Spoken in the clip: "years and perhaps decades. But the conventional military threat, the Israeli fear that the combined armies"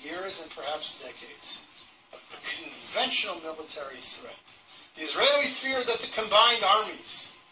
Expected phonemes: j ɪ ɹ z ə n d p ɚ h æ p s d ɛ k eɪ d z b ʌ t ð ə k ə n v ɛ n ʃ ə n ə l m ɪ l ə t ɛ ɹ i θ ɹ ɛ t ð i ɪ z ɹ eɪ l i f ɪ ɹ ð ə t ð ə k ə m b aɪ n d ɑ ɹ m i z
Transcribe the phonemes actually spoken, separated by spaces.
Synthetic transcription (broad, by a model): j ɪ ɹ z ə n p ɚ h æ p s d ɛ k eɪ d z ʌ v ð ə k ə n v ɛ n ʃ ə n l m ɪ l ə t ɛ ɹ i θ ɹ ɛ t ð i ɪ z ɹ eɪ l i f ɪ ɹ ð ə t ð ə k ə m b aɪ n d ɑ ɹ m i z